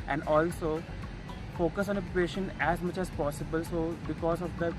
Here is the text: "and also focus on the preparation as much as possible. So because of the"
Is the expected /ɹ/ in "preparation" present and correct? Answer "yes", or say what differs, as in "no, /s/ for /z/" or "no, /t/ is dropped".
no, /ɹ/ is dropped